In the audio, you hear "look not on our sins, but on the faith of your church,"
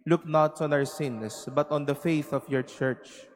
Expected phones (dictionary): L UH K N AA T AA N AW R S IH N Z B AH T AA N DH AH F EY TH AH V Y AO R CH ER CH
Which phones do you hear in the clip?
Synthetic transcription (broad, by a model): L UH K N AA T AA N AW R S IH N S B AH T AA N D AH F EY TH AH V Y AO R CH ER CH